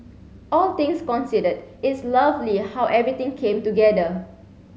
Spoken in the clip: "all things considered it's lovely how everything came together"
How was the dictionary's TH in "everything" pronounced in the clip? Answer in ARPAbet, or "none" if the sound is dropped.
T